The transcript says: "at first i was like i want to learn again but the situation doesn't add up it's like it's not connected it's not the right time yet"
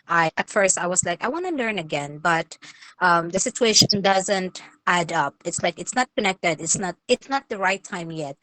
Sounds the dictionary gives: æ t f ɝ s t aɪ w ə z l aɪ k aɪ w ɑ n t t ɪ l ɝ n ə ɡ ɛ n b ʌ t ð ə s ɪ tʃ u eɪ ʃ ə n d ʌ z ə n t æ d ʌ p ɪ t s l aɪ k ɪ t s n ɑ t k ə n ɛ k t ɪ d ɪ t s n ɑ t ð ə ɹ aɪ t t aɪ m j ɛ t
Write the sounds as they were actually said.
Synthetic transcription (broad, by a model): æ t f ɝ s t aɪ w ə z l aɪ k aɪ w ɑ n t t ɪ l ɝ n ə ɡ ɛ n b ʌ t ð ə s ɪ tʃ u eɪ ʃ ə n d ʌ z ə n t æ d ʌ p ɪ t s l aɪ k ɪ t s n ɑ t k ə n ɛ k t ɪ d ɪ t s n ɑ t ð ə ɹ aɪ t t aɪ m j ɛ t